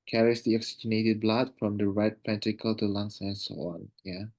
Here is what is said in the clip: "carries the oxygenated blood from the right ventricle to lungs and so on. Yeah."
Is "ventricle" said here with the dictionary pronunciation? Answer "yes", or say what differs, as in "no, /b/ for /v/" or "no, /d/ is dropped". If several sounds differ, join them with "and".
no, /p/ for /v/ and /ɹ/ is dropped